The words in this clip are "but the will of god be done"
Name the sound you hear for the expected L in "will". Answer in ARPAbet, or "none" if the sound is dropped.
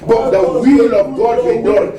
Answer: L